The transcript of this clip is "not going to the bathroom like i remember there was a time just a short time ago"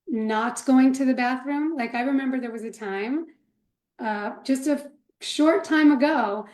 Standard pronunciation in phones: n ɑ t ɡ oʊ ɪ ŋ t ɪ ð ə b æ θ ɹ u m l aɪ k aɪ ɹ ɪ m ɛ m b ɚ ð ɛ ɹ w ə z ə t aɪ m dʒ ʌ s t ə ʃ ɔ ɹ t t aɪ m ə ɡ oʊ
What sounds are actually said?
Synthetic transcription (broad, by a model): n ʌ t ɡ oʊ ɪ ŋ t ɪ ð ə b æ θ ɹ u m l aɪ k aɪ ɹ ɪ m ɛ m b ɚ ð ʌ ɹ w ə z ə t aɪ m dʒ ʌ s t ə ʃ ɔ ɹ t t aɪ m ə ɡ oʊ